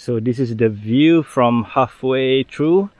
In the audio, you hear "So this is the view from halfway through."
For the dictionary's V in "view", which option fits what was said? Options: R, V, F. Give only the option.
V